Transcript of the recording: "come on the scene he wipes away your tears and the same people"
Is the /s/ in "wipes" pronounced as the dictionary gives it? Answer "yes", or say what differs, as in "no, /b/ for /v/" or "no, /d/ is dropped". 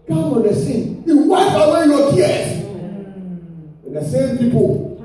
no, /s/ is dropped